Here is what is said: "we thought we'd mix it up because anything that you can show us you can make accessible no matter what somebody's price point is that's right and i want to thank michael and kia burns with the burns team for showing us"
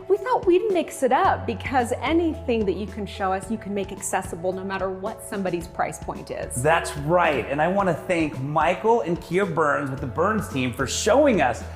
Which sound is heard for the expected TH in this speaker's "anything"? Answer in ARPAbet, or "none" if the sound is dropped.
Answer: TH